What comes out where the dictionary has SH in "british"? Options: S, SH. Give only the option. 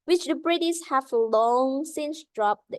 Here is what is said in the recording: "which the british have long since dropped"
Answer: S